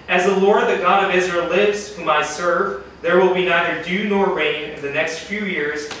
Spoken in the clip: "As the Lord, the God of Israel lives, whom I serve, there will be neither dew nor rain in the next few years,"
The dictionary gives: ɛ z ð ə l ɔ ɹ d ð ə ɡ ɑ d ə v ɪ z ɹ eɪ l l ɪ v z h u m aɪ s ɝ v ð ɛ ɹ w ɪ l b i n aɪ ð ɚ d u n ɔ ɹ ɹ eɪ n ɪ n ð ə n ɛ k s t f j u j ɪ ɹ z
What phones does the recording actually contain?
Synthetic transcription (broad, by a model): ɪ z ð ə l ɔ ɹ d ð ə ɡ ɑ d ə v ɪ z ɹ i l l ɪ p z h u m aɪ s ɝ v ð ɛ ɹ w ɪ l b i n aɪ ð ɚ d u n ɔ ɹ ɹ eɪ n ɪ n ð ə n ɛ k s t f j u j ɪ ɹ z